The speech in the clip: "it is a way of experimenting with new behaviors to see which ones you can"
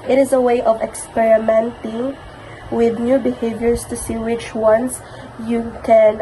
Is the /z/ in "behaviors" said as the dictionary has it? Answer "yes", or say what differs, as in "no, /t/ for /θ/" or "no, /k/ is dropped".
no, /s/ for /z/